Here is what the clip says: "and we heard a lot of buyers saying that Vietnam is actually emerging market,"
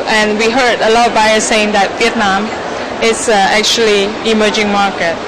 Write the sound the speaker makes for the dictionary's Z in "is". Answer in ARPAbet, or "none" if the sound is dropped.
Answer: S